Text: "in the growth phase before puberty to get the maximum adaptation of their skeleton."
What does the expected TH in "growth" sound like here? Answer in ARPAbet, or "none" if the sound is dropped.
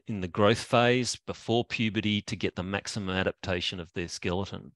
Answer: TH